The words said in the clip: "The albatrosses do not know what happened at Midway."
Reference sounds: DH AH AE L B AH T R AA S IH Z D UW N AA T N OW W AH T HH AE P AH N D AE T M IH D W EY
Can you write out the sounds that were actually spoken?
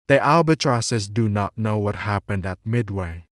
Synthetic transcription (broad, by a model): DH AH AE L B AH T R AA S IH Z D UW N AA T N OW W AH T HH AE P AH N D AE T M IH D W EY